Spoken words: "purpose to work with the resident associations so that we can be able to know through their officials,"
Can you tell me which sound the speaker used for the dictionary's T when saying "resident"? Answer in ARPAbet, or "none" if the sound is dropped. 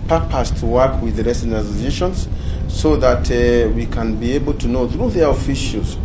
none